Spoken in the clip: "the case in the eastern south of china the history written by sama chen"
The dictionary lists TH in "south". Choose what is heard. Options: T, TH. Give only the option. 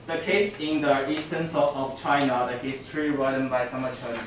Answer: T